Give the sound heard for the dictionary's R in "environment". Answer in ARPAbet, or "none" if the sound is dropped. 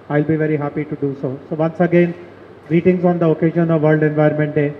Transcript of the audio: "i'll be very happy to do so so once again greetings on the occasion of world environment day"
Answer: none